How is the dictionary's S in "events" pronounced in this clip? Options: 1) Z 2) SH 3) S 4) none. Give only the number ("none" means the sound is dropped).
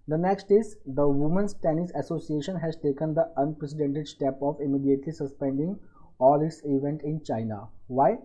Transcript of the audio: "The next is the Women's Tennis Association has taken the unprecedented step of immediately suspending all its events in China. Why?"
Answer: 4